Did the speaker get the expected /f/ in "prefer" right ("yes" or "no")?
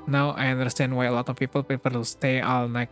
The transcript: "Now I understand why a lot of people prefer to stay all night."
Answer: no